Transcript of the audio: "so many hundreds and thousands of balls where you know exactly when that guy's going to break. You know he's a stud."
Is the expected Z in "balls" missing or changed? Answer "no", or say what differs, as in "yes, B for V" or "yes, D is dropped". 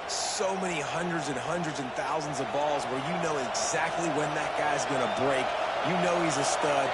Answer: no